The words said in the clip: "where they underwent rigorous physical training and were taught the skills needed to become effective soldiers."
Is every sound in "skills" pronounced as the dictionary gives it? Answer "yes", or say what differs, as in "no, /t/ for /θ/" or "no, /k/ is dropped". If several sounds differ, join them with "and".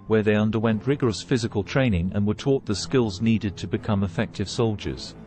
yes